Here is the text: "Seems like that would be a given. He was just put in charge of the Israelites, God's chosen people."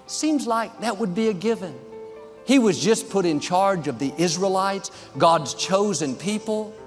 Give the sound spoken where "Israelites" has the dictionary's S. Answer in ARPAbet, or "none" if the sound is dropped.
S